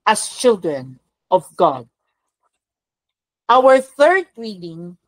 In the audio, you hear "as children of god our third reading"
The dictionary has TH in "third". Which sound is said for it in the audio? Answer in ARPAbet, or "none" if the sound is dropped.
TH